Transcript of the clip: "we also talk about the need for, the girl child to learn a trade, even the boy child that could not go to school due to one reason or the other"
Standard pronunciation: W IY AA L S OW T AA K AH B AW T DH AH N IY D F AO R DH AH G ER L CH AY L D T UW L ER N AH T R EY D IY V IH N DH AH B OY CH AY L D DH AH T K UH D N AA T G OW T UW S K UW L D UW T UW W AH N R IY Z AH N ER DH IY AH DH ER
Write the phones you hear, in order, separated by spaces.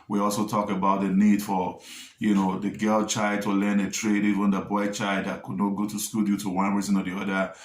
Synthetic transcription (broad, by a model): W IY AA L S OW T AA K AH B AW T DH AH N IY D F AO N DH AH G ER L CH AY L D T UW L ER N AH T R EY D IY V IH N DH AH B OY CH AY L D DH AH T K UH D N AA T G OW T UW S K UW L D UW T UW W AH N R IY Z AH N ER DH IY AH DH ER